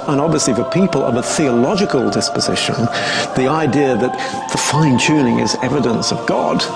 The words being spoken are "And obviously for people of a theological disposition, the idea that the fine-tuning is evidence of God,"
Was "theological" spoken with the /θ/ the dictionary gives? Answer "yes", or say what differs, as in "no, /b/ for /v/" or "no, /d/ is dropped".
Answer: yes